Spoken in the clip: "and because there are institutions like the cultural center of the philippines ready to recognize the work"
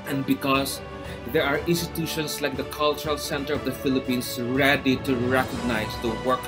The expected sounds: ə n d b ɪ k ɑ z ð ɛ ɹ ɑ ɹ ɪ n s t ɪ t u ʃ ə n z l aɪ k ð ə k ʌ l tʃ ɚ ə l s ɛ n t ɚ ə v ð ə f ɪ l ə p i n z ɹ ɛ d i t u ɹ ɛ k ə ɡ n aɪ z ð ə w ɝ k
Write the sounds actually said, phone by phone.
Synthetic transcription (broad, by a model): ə n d b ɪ k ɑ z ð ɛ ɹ ɑ ɹ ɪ n s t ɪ t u ʃ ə n s l aɪ k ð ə k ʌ l tʃ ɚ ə l s ɛ n t ɚ ə v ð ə f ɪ l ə p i n s ɹ ɛ d i t u ɹ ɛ k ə ɡ n aɪ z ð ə w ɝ k